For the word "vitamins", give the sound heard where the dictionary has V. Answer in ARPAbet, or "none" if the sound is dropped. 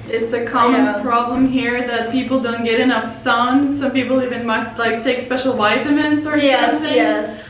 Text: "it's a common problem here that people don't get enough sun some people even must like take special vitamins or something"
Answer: W